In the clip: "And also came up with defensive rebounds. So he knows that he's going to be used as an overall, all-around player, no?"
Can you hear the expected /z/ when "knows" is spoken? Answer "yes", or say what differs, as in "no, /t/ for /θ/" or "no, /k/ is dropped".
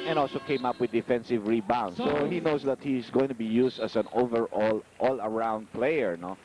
no, /s/ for /z/